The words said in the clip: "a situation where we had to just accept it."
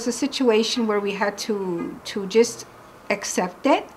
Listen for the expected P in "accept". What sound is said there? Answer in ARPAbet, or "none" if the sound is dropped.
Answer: P